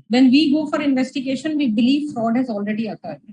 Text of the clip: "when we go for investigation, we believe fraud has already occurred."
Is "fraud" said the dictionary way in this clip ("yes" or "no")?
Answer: yes